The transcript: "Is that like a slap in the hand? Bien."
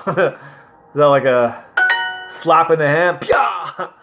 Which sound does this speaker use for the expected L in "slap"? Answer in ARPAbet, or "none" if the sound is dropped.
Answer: L